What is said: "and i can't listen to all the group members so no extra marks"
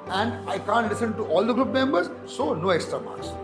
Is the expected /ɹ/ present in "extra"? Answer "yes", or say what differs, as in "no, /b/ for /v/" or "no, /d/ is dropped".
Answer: yes